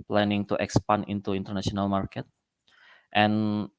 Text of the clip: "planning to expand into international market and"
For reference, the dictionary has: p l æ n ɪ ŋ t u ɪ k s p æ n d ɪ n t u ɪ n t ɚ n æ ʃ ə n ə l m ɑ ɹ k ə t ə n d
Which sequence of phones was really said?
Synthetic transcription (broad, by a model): p l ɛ n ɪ ŋ t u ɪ k s p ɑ n ɪ n t u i n t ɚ n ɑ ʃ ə n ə l m ɑ ɹ k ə t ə n